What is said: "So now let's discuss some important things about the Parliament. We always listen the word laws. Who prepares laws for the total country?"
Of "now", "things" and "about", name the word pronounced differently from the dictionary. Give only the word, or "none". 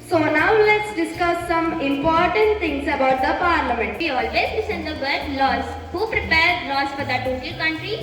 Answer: things